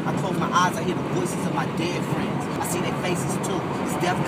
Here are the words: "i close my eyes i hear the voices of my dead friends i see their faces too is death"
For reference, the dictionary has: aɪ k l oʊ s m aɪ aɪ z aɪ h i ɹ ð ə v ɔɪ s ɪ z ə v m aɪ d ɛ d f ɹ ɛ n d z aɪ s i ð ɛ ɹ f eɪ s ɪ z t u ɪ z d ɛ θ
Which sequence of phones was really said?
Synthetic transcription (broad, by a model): aɪ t oʊ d m aɪ aɪ z aɪ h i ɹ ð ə v ɔɪ s ɪ z ə v m aɪ d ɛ f ɹ ɛ n d z aɪ s i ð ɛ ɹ f eɪ s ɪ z t u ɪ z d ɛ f